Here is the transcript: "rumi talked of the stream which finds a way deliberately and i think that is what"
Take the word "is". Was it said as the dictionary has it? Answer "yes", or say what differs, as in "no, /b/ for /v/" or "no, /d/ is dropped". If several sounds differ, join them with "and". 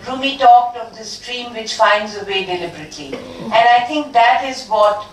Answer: yes